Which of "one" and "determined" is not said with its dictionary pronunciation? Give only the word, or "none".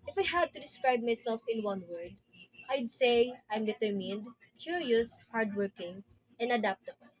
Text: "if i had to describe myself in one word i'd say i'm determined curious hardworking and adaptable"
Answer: none